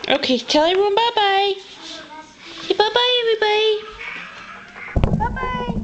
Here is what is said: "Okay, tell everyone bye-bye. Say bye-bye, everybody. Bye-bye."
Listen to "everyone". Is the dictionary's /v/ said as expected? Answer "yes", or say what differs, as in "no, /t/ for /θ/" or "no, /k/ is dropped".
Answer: no, /v/ is dropped